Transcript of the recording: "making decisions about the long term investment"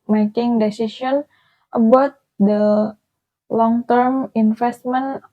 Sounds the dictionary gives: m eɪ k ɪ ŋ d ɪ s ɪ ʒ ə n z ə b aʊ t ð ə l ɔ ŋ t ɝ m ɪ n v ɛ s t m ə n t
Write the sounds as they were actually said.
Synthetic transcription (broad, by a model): m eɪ k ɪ ŋ d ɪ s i s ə n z ə b aʊ t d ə l ɔ ŋ t ɝ m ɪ n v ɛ s t m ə n